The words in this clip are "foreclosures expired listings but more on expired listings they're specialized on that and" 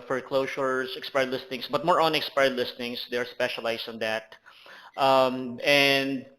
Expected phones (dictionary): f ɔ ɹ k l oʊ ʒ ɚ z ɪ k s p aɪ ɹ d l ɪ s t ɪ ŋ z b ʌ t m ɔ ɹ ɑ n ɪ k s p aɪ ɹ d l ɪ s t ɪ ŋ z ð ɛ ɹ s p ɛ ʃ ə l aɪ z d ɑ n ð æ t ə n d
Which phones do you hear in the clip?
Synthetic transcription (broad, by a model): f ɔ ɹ k l oʊ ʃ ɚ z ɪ k s p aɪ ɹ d l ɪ s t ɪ ŋ s b ʌ t m ɔ ɹ ɑ n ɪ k s p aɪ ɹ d l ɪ s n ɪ ŋ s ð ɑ ɹ s p ɛ ʃ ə l aɪ s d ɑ n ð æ t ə n d